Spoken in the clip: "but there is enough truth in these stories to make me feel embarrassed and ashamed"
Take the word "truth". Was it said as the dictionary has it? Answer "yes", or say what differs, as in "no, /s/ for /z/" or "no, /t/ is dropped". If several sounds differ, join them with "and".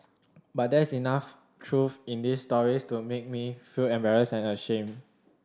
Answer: no, /f/ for /θ/